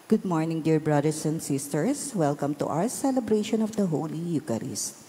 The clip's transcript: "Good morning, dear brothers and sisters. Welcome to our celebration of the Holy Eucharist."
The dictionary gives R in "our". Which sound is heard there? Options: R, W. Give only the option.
W